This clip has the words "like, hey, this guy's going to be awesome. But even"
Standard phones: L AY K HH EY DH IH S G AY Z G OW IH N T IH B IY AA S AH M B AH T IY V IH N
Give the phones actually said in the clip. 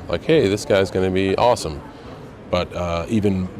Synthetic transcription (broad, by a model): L AY K HH EY DH IH S G AY Z G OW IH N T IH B IY AA S AH M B AH T IY V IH N